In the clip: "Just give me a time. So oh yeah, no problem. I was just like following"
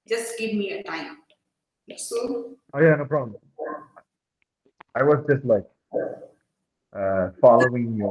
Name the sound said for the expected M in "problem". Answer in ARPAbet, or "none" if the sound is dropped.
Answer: none